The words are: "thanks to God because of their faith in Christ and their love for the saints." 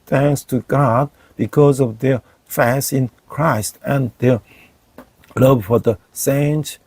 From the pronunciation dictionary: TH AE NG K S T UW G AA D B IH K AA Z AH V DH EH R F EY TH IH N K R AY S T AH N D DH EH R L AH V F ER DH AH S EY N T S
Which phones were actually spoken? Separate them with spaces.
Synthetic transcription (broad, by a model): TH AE NG K S T UW G AA D B IH K AA Z AH V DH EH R F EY S IH N K R AY S T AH N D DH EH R L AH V F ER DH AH S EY N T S